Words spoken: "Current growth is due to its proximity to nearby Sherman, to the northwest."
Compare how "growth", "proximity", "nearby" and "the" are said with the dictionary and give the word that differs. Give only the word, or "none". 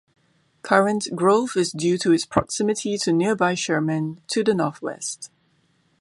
growth